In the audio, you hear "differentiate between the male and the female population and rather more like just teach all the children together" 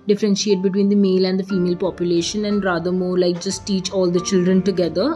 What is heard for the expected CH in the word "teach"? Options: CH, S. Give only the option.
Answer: CH